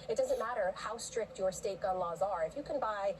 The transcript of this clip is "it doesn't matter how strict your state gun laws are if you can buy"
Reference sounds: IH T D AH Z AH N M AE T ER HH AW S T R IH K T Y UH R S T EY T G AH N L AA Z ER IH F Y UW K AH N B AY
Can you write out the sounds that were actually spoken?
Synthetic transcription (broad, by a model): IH T D AH Z AH N M AE T ER HH AW S T R IH K T Y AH R S T EY T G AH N L AA Z ER IH F Y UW K AH N B AY